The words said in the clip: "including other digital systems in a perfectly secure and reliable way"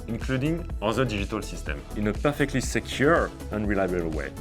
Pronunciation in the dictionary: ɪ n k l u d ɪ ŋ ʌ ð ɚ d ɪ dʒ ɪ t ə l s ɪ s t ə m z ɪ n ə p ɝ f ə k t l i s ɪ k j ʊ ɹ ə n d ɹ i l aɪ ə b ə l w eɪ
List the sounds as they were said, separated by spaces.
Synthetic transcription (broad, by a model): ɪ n k l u d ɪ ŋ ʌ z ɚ d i ʒ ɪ t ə l s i s t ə m ɪ n ə p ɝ f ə k t l i s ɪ k j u ɹ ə n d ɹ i l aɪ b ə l w eɪ